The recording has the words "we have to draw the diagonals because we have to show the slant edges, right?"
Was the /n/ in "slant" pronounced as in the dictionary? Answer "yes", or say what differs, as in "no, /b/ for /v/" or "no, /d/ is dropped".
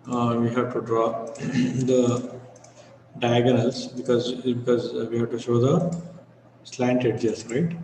yes